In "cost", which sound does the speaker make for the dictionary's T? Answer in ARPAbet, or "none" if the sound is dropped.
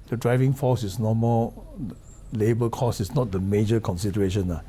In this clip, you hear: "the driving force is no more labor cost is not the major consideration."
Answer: none